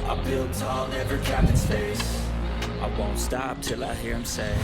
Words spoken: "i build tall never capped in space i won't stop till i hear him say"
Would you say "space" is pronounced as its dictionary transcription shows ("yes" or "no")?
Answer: no